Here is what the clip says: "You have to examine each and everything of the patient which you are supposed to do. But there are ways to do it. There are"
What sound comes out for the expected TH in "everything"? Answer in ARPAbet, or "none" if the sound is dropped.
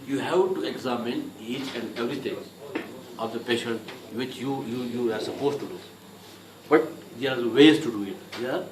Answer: T